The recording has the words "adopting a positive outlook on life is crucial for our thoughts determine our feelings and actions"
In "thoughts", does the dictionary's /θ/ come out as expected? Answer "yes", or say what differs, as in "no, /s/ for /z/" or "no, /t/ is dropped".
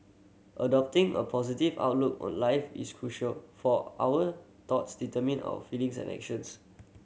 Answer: no, /t/ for /θ/